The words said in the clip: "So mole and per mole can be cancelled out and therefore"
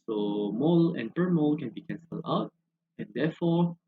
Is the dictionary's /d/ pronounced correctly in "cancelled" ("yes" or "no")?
no